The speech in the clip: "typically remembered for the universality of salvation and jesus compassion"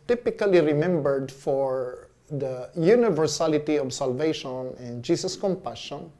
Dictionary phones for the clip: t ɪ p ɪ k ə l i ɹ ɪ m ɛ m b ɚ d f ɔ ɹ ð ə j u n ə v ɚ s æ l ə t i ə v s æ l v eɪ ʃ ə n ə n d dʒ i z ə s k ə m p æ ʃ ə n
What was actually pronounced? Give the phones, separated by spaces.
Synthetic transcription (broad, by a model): t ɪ p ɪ k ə l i ɹ ɪ m ɛ m b ɚ d f ɔ ɹ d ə j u n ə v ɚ s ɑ l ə t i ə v s æ l v eɪ ʃ ə n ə n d dʒ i s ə s k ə m p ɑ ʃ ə n